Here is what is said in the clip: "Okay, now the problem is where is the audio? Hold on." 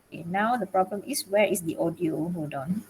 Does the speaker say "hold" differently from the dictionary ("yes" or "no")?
yes